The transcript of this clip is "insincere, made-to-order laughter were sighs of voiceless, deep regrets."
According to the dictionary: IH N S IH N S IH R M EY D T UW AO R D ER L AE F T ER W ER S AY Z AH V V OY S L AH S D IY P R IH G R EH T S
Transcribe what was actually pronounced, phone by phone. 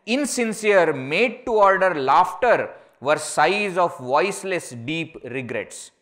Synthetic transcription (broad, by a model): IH N S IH N S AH R M EY D T UW AO R D ER L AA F T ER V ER S AY Z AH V V OY S L AH S D IY P R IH G R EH T S